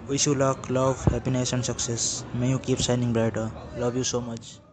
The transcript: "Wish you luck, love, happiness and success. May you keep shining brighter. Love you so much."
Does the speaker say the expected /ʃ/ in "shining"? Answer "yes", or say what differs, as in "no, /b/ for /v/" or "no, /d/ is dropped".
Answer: no, /s/ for /ʃ/